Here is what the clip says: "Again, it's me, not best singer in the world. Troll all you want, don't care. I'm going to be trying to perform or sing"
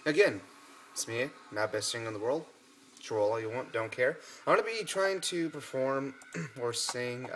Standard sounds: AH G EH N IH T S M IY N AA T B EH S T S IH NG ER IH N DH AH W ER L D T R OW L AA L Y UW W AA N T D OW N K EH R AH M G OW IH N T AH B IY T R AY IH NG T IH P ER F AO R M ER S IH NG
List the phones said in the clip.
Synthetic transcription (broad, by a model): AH G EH N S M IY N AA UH B EH S T TH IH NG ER IH N DH AH W ER L D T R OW L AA Y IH W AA N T D OW N K EH R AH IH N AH B IY T R AY IH NG T IH P ER F AO R M ER S IH NG